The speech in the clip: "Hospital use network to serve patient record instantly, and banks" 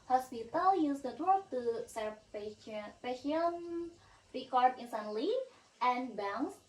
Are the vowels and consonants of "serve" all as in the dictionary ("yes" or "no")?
no